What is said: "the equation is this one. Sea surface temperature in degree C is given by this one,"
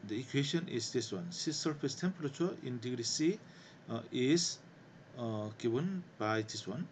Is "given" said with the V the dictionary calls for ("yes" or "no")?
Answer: no